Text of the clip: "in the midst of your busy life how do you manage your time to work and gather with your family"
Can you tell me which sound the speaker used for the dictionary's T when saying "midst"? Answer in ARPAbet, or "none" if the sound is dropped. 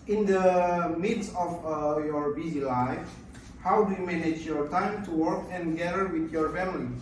none